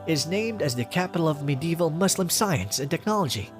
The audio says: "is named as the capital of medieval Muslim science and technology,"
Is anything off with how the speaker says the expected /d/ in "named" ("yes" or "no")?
no